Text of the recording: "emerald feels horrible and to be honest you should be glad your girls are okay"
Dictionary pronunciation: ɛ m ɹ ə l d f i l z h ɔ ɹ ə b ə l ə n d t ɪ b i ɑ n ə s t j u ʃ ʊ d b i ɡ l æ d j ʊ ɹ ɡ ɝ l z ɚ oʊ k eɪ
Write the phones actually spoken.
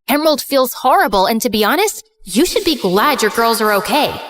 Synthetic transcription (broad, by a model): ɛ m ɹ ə l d f i l z h ɔ ɹ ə b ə l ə n t ɪ b i ɑ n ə s t j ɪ ʃ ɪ d b i ɡ l æ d j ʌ ɹ ɡ ɝ l z ɚ oʊ k eɪ